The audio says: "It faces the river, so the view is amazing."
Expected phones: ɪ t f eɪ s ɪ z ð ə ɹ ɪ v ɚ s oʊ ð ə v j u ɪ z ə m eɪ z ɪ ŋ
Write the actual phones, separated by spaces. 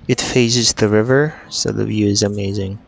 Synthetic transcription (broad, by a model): ɪ t f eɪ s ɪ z ð ə ɹ ɪ v ɚ s oʊ ð ə v j u ɪ z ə m eɪ z ɪ ŋ